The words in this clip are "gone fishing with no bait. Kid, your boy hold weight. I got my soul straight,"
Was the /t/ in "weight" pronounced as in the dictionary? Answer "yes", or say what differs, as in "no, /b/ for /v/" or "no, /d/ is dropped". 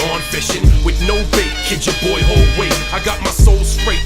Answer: no, /t/ is dropped